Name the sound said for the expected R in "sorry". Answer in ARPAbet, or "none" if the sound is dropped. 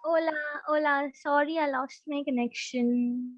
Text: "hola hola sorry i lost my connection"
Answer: R